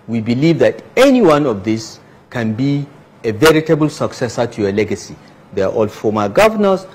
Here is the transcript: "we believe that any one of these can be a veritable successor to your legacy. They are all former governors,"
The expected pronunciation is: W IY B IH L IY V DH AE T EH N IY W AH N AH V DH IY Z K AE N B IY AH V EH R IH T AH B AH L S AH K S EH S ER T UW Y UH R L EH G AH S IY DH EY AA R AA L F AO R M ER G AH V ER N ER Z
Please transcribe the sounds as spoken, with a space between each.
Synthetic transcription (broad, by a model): W IY B IH L IY V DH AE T EH N IY W AH N AH V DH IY S K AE N B IY AH V EH R IH T AH B AH L S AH K S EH S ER T UW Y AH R L EH G AH S IY DH EY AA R AA L F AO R M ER G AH V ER N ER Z